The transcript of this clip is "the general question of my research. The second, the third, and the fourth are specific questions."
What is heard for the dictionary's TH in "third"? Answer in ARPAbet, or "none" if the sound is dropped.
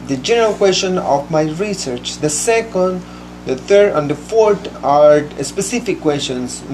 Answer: T